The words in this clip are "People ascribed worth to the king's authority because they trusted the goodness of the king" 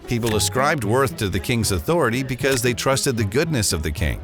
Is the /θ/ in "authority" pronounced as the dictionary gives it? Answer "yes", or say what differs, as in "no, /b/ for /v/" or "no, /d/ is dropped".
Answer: yes